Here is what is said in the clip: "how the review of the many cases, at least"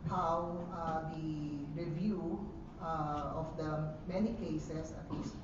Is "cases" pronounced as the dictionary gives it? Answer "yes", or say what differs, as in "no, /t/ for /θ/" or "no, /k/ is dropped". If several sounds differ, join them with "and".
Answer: no, /s/ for /z/